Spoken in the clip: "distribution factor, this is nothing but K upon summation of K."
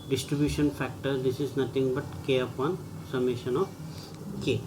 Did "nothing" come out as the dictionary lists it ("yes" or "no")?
no